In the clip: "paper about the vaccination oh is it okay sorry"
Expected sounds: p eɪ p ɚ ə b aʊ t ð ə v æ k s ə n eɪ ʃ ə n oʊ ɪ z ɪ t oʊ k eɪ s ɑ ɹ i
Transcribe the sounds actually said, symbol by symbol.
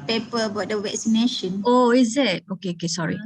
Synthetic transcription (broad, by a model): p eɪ p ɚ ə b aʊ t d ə w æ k s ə n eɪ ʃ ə n oʊ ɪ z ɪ t oʊ k eɪ s ɑ ɹ i